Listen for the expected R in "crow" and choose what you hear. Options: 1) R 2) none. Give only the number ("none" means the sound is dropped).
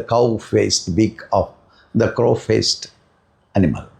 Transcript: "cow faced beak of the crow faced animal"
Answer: 1